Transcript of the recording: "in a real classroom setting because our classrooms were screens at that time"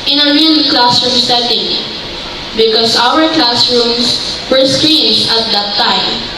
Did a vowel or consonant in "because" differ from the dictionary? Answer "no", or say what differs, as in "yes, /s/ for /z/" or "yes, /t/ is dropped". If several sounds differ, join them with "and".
yes, /s/ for /z/